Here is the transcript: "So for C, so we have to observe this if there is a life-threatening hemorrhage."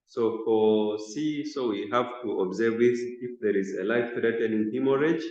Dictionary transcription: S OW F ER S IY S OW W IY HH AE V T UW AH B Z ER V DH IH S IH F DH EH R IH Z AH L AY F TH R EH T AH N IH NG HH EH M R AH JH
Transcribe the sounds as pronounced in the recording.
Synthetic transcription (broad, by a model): S OW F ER S IY S OW W IY HH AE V T UW AH B Z ER V DH IH S IH F DH EH R IH Z AH L AY F R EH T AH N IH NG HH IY M R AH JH